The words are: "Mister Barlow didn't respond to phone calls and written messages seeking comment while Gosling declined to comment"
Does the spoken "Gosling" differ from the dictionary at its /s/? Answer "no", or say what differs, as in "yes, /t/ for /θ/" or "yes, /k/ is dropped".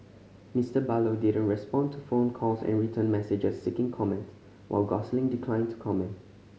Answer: no